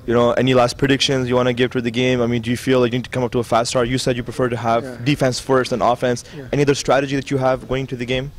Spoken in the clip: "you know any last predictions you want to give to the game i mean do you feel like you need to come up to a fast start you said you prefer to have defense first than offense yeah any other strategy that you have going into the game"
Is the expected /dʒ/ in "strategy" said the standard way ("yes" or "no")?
yes